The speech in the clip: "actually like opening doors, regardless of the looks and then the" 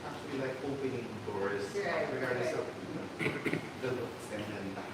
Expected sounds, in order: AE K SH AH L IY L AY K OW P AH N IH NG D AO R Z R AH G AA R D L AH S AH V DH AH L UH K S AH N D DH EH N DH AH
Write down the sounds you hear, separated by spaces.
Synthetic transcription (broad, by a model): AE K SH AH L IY L AY K OW P AH N IH NG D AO R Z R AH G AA R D AH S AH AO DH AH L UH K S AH N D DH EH N